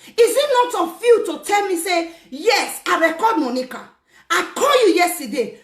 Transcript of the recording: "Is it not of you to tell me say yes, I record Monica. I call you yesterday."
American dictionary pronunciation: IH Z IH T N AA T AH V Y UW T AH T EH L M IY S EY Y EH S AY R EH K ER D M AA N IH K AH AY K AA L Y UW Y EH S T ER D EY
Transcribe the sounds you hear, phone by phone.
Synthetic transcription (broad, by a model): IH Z IH T N AA T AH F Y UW T AH T EH L M IY S EY Y EH S AY R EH K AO D M AA N IH K AH AY K AA L Y UW Y EH S T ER D EY